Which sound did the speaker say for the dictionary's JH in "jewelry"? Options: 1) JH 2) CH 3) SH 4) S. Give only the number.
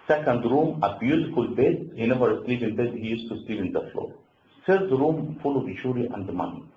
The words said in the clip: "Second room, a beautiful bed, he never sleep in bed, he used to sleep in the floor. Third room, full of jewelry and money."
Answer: 2